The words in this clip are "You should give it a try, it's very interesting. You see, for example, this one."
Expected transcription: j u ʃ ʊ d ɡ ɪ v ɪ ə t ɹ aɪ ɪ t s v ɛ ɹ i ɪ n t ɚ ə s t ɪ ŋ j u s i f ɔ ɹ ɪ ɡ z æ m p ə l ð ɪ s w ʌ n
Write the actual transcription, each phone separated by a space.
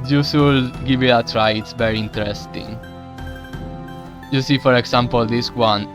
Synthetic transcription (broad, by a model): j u s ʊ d ɡ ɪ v ɪ ə t ɹ aɪ ɪ t s v ɛ ɹ i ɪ n t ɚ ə s t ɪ ŋ j u s i f ɔ ɹ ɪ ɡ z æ m p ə l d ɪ s w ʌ n